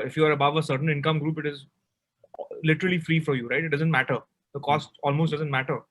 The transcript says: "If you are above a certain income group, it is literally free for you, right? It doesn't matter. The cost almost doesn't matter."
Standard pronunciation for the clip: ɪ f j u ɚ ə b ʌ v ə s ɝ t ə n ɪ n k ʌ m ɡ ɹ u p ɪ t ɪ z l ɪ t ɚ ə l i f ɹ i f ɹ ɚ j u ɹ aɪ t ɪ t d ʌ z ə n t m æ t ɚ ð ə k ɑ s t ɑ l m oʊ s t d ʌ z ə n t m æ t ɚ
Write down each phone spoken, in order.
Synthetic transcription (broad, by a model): ɪ f j u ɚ ə b ʌ v ə s ɝ t ə n ɪ n k ʌ m ɡ ɹ u p ɪ t ɪ z l ɪ t ɚ ə l i f ɹ i f ɹ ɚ j u ɹ aɪ t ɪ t d ʌ z ə n t m æ t ɚ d ə k ɑ s t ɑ l m oʊ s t d ʌ z ə n t m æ t ɚ